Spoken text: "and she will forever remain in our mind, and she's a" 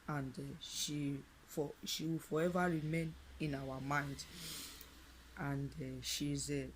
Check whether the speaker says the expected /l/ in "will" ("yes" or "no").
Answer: no